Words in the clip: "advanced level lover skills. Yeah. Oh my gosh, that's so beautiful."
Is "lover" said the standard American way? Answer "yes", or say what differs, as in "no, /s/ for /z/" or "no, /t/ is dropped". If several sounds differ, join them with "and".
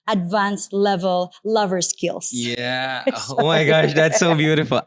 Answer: yes